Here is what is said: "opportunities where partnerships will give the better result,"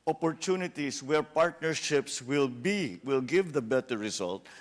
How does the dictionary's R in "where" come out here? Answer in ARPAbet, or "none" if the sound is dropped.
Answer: R